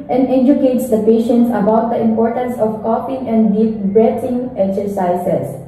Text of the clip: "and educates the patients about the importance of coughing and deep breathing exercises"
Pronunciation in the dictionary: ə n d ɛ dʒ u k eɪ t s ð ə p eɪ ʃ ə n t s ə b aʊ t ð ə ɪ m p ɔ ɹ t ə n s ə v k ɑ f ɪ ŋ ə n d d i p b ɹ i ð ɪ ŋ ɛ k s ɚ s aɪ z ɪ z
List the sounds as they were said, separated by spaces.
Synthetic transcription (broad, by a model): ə n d ɛ dʒ u k eɪ t s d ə p eɪ ʃ ə n t s ə b aʊ t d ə ɪ m p ɔ ɹ t ə n s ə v k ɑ p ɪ ŋ ə n d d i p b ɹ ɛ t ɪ ŋ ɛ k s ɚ s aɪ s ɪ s